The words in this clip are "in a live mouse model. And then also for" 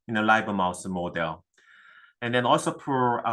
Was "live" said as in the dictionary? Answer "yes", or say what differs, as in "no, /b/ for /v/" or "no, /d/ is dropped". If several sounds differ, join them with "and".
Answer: no, /b/ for /v/